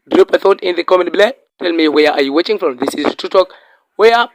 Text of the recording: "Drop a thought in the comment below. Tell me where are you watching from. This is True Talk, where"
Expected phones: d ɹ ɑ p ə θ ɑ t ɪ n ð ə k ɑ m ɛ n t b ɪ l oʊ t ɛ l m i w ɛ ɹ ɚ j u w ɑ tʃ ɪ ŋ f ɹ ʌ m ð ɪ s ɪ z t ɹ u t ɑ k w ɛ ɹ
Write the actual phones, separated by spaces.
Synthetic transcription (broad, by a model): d ɹ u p ə θ ɑ t ɪ n ð ə k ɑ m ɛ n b l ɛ t ɛ l m i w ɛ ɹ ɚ j u w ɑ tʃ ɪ ŋ f ɹ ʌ m ð ɪ s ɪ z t u t ɑ k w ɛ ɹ